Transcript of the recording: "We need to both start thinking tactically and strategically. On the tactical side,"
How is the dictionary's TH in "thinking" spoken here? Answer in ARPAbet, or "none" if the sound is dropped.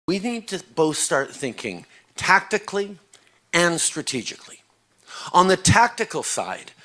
TH